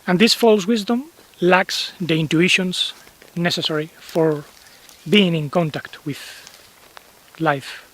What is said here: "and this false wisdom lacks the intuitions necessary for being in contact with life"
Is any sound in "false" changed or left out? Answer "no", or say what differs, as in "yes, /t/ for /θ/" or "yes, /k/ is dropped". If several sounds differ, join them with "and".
no